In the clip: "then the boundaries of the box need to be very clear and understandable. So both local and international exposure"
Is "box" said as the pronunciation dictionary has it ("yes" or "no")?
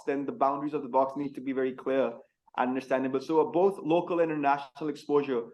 yes